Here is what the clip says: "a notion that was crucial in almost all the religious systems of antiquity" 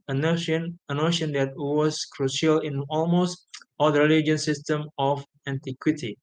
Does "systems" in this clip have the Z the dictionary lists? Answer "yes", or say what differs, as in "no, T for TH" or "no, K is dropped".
no, Z is dropped